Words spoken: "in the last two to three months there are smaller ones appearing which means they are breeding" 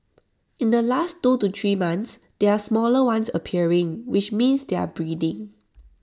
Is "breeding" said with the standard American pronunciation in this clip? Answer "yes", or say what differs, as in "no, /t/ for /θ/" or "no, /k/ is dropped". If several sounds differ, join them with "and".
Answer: yes